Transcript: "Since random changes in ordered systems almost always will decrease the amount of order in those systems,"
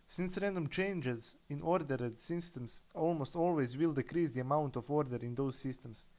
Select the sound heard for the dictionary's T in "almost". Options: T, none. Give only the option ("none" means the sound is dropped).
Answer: T